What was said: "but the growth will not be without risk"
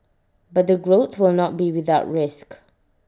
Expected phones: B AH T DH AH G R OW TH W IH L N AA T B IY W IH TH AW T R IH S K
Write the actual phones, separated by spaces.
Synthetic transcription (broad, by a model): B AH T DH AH G R OW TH W IH L N AA T B IY W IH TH AW T R IH S K